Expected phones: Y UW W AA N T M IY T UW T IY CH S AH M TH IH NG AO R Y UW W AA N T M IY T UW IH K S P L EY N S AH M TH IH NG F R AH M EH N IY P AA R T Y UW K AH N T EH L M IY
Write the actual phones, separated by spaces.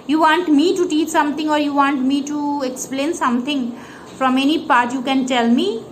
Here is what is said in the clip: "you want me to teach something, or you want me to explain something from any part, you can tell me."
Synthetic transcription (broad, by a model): Y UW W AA N T M IY T UW T IY CH S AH M T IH NG AO R Y UW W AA N T M IY T UW IH K S P L EY N S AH M T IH NG F R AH M EH N IY P AA R T Y UW K AH N T EH L M IY